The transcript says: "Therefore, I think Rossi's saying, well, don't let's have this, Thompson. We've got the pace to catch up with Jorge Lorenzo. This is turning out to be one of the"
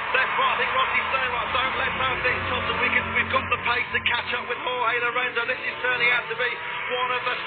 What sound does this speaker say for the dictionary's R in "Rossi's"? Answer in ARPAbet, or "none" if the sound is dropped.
W